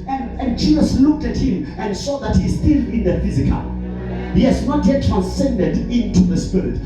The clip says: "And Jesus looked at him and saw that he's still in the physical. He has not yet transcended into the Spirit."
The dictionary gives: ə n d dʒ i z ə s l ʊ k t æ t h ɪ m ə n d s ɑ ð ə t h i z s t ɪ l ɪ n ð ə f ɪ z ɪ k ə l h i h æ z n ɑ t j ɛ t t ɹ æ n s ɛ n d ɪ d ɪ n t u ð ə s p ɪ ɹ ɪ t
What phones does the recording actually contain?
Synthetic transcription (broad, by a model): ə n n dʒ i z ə s l ʊ k t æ t h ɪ m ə n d s ɑ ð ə t h i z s t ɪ l ɪ n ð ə f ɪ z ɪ k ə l h i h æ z n ɑ t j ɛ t t ɹ æ n s ɛ n d ɪ d ɪ n t u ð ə s p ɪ ɹ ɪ t